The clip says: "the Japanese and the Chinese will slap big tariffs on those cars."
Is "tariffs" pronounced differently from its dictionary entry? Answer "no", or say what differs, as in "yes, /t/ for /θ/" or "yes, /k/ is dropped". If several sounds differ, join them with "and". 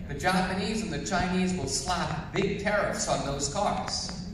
no